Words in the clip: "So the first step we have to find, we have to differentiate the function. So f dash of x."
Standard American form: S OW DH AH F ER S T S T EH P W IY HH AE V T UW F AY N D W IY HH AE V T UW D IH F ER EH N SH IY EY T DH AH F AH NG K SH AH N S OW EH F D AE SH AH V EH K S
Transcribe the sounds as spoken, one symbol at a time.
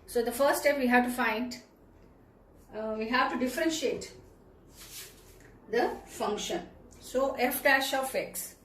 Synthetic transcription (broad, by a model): S OW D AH F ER T S T EH P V IY HH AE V T UW F AY N D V IY HH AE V T UW D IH F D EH N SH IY EY T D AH F AH NG K SH AH N S OW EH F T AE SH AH F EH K S